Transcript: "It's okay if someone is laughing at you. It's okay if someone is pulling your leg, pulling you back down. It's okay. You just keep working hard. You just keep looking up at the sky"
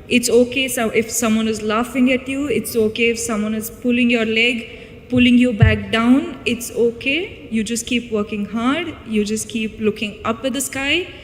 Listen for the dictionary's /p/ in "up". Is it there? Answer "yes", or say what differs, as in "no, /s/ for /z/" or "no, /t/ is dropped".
yes